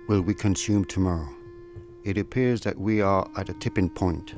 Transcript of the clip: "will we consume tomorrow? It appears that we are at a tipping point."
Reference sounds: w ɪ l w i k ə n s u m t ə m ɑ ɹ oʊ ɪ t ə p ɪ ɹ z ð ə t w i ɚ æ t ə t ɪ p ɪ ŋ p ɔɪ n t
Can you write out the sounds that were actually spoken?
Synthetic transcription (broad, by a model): w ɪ l w i k ə n s u m t ə m ɑ ɹ oʊ ɪ t ə p ɪ ɹ z ð ə t w i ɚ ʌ t ə t ɪ p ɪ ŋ p ɔɪ n t